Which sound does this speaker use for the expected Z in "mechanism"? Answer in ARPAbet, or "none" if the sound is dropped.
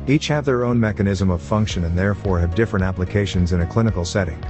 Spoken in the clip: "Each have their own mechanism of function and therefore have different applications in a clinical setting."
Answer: Z